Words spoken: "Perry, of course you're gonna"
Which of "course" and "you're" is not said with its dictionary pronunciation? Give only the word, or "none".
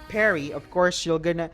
you're